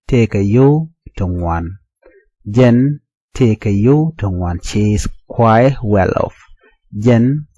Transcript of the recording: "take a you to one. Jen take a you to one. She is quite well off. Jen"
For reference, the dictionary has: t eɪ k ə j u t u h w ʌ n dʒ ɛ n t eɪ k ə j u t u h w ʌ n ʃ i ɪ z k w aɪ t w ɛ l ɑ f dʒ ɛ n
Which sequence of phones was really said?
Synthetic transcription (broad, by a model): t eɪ k ə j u t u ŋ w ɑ n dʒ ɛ n t eɪ k ə j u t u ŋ w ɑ n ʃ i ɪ s k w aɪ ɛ w ɛ l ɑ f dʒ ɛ n